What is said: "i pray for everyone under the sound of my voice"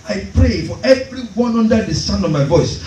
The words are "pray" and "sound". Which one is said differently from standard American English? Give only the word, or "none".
sound